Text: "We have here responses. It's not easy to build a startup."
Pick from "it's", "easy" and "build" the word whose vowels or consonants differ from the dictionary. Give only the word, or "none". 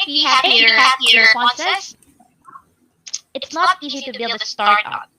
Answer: none